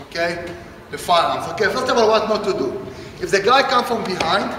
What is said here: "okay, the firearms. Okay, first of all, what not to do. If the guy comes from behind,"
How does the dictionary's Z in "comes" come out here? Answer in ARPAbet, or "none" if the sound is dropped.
none